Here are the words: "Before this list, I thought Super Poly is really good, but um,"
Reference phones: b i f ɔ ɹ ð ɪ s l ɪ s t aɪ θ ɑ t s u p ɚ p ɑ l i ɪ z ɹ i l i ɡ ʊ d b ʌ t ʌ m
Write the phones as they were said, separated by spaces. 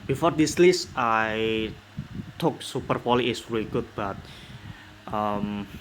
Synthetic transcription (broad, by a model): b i f ɔ ɹ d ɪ s l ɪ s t aɪ t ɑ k s u p ɚ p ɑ l i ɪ s ɹ i l i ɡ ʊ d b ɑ t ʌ m